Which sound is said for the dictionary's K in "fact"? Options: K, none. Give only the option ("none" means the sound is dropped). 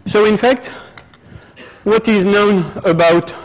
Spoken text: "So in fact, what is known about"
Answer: K